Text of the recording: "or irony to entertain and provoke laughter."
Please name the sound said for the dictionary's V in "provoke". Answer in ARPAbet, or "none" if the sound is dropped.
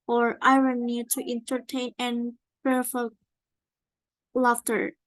F